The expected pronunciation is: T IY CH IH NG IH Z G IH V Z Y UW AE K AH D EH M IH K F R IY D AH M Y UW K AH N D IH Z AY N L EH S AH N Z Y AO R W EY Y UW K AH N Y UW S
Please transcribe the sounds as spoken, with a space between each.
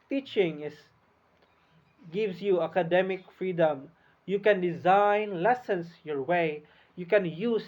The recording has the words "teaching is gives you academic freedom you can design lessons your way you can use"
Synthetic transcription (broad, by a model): T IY CH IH NG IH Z G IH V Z Y UW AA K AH D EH M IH K F R IY D AH M Y UW K AH N D IH Z AY N L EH S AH N S Y AO R W EY Y UW K AH N Y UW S